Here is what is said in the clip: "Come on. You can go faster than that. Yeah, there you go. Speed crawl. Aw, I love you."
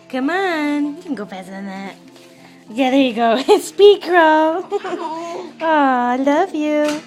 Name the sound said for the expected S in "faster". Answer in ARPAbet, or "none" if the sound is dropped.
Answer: none